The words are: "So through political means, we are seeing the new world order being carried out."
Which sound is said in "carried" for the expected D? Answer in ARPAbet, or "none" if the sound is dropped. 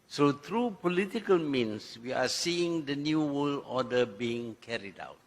D